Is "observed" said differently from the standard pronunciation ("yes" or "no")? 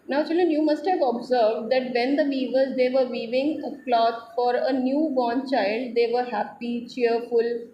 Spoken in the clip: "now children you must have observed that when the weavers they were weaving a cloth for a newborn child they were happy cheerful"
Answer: no